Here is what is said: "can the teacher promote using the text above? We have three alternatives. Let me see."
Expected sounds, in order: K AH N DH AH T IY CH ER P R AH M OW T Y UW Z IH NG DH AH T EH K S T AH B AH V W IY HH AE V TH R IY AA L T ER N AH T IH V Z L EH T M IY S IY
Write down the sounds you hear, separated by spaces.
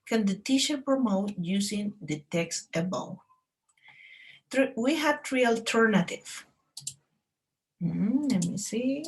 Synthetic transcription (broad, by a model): K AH N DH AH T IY SH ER P R AH M OW T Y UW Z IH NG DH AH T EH K S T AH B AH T W IY HH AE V T R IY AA L T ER N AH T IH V L EH T M IY S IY